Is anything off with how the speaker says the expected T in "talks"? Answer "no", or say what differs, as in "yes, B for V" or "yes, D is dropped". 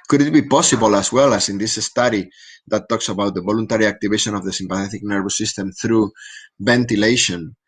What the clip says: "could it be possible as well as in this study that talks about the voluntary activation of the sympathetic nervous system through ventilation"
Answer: no